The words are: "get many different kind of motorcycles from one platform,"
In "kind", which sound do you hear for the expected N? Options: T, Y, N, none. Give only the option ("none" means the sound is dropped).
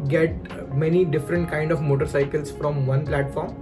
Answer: N